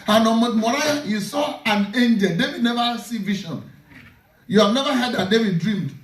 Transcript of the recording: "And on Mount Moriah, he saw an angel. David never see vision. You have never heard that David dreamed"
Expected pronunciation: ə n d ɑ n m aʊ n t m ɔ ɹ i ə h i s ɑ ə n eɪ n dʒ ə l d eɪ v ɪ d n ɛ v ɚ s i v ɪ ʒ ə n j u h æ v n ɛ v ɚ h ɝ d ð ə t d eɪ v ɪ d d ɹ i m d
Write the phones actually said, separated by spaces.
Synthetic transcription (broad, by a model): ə n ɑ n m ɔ t m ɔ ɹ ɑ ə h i s ɑ ə n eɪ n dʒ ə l d eɪ v ɪ d n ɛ v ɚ s i v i ʃ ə n j u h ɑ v n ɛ v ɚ h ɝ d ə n d eɪ v ɪ d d ɹ i m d